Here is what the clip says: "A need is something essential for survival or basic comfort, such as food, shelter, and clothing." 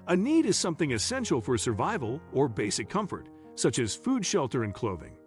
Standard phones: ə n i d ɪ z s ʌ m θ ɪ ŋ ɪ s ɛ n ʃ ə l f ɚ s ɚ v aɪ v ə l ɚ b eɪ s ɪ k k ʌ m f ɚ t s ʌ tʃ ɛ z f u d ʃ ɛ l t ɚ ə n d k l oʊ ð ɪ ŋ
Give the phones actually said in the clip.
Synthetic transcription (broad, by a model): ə n i d ɪ z s ʌ m θ ɪ ŋ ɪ s ɛ n ʃ l f ɚ s ɚ v aɪ v ə l ɚ b eɪ s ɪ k k ʌ m f ɚ t s ʌ tʃ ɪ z f u d ʃ ɛ l t ɚ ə n k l oʊ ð ɪ ŋ